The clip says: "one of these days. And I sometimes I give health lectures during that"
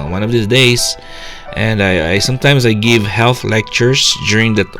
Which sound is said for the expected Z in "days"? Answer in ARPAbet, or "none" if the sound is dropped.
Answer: S